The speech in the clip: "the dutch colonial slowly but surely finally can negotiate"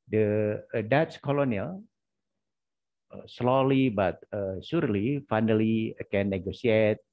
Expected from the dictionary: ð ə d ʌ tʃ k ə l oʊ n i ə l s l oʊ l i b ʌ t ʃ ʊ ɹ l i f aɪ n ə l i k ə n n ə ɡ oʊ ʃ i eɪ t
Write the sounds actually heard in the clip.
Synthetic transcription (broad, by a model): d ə d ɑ s k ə l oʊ n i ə l s l oʊ l i b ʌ t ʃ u ɹ l i f aɪ n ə l i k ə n n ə ɡ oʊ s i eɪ t